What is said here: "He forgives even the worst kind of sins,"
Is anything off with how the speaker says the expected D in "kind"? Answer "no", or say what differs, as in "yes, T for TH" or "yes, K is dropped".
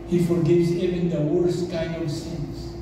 yes, D is dropped